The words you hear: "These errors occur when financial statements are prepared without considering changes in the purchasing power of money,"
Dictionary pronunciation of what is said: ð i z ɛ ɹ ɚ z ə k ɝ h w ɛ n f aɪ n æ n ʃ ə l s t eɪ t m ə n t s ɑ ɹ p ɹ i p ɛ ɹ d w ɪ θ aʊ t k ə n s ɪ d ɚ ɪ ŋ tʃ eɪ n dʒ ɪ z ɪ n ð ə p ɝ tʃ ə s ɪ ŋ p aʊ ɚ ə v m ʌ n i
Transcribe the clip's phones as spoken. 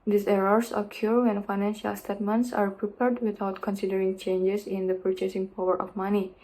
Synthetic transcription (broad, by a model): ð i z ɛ ɹ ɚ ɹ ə k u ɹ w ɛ n f aɪ n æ n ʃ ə l s t eɪ t m ə n t s ɑ ɹ p ɹ i p ɛ ɹ d w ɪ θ aʊ t k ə n s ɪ d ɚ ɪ ŋ tʃ eɪ n dʒ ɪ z ɪ n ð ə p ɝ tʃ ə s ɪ ŋ p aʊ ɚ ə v m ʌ n i